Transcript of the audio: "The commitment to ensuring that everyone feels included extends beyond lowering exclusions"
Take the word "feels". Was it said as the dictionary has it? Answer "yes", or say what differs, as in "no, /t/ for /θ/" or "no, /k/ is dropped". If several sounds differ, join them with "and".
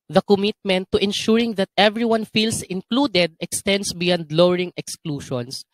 no, /s/ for /z/